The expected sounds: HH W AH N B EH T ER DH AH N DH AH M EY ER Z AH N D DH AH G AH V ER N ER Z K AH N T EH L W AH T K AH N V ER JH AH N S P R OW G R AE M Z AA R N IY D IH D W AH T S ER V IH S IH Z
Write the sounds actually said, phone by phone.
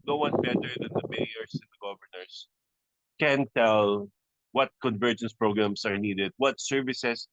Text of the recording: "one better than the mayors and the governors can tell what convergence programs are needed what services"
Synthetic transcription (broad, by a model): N W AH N B EH T ER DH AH N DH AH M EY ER S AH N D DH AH G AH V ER N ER S K AH N T EH L W AH T K AH N V ER JH AH N S P R OW G R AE M S AA R N IY D IH D W AH T S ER V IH S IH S